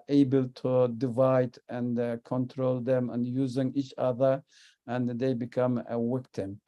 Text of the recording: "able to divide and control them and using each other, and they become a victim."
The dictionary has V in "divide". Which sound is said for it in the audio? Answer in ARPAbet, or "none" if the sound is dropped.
V